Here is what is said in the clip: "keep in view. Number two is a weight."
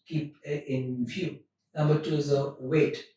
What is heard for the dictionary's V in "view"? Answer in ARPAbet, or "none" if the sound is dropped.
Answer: F